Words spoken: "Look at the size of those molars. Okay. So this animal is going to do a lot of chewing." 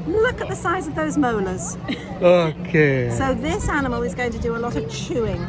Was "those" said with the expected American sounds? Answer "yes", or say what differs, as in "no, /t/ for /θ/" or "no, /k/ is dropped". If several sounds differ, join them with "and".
yes